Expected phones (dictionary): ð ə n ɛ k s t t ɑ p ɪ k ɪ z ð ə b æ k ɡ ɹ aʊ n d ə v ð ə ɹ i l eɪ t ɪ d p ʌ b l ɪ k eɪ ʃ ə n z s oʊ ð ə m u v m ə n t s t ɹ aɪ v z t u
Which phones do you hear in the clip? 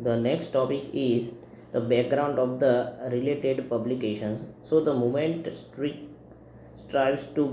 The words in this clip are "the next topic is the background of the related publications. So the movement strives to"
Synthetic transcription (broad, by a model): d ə n ɛ k s t t ɑ p ɪ k ɪ z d ə b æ k ɡ ɹ aʊ n d ə v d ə ɹ i l eɪ t ɪ d p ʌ b l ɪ k eɪ ʃ ə n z s oʊ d ə m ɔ m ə n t s t ɹ aɪ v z t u